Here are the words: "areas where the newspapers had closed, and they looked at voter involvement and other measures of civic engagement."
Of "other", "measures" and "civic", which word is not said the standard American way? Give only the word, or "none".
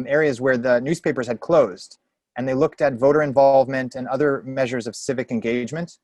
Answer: none